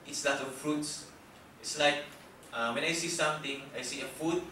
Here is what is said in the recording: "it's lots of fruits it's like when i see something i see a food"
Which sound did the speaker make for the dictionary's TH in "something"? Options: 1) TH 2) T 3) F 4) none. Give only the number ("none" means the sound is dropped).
2